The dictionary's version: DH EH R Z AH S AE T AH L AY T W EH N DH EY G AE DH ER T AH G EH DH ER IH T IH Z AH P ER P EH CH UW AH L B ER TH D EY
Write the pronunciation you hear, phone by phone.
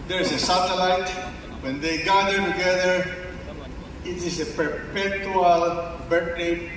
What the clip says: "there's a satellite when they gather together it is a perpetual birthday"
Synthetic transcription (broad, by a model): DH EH R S AH S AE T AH L AY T W EH N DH EY G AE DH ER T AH G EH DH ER IH T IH S AH P ER P EH CH UW AH L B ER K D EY